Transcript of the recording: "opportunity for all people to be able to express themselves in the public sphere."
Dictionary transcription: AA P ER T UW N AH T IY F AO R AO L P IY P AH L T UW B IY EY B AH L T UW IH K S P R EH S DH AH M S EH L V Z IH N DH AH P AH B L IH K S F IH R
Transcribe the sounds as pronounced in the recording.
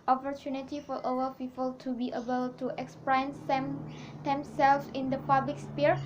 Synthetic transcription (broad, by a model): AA P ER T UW N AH T IY F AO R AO W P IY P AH L T UW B IY EY B AH L T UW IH K S P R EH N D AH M S EH L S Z IH N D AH P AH B L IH K S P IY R